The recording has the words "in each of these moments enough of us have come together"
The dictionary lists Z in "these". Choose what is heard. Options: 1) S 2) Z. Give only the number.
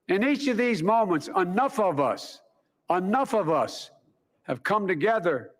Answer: 2